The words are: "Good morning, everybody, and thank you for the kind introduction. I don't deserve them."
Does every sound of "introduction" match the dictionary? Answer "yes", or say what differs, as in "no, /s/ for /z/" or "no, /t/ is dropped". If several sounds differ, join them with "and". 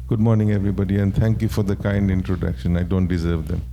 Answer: yes